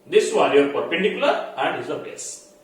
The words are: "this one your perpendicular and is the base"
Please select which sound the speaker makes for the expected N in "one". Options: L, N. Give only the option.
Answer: L